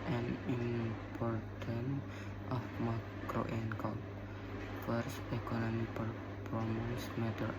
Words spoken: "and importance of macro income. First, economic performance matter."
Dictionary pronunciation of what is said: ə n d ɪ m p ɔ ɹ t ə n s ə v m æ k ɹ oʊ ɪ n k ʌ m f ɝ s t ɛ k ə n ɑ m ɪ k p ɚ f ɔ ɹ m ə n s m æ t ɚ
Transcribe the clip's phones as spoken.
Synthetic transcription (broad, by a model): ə n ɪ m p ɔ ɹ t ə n ə f m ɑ k ɹ oʊ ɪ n k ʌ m f ɝ s t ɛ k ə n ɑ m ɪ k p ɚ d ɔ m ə s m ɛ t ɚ